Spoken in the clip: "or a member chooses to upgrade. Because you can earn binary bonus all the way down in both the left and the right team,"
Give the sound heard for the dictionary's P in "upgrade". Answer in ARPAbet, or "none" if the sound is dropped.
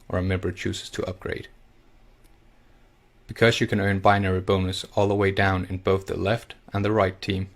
P